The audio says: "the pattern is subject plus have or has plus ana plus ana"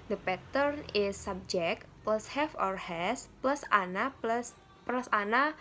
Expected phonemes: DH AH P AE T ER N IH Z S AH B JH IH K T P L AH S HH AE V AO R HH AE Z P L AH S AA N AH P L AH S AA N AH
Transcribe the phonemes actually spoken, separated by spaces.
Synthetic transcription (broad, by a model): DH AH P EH T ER N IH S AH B JH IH K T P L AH S HH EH F AO R HH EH S P L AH S AA N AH P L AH S AA N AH